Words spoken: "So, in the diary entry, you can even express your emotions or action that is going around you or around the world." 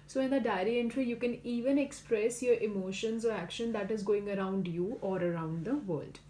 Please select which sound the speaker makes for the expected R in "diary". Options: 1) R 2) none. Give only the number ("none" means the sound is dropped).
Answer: 1